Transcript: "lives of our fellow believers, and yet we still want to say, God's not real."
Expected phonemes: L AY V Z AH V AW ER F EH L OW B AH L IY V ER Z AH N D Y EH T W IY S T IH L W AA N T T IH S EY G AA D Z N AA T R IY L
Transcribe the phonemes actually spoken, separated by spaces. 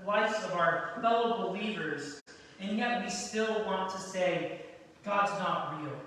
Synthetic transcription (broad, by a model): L AY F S AH V AW ER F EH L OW B AH L IY V ER Z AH N Y EH T W IY S T IH L W AA N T T IH S EY G AA D Z N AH T R IY L